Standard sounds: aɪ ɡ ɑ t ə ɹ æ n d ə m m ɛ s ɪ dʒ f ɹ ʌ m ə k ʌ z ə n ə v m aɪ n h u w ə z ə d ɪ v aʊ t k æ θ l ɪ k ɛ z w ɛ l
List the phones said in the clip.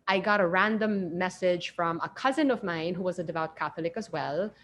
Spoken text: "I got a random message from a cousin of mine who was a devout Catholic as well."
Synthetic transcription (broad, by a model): aɪ ɡ ɑ t ə ɹ æ n d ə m m ɛ s ɪ dʒ f ɹ ʌ m ə k ʌ z ə n ə v m aɪ n h u w ə z ə d ɪ v aʊ t k æ θ l ɪ k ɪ z w ɛ l